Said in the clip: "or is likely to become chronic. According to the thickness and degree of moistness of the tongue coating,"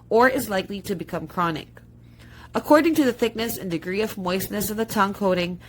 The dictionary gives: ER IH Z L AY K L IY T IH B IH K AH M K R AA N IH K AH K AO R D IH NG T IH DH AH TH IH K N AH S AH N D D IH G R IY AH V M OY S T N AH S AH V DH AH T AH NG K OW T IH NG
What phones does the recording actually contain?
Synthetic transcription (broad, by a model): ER IH Z L AY K L IY T IH B IH K AH M K R AA N IH K AH K AO R D IH NG T IH DH AH TH IH K N AH S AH N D D IH G R IY AH V M OY S N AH S AH V DH AH T AH NG K OW T IH NG